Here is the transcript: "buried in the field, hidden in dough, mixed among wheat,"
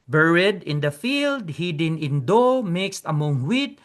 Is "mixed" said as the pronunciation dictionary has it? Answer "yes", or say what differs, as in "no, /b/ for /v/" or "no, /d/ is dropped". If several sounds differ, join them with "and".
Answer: yes